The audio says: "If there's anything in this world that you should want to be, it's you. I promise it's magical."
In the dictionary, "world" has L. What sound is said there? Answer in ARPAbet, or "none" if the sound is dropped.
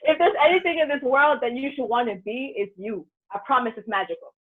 L